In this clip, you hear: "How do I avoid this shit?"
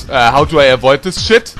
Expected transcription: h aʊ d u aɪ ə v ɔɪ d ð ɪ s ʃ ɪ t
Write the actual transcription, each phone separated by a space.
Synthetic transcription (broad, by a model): h aʊ d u aɪ ə v ɔɪ d ð ɪ s ʃ ɪ t